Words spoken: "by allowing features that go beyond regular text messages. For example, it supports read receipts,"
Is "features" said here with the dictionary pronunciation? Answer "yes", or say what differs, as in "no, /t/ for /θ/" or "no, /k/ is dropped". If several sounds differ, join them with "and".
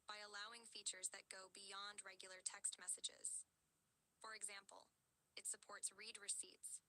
yes